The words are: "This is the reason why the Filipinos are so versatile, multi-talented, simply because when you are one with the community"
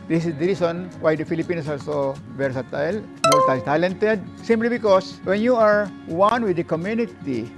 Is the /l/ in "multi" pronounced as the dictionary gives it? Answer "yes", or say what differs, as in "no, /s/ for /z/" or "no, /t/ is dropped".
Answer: no, /l/ is dropped